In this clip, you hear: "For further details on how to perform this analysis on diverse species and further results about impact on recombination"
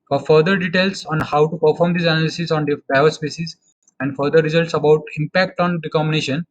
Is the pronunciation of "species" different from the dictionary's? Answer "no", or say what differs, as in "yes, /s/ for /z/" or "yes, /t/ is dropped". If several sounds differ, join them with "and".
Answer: yes, /s/ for /ʃ/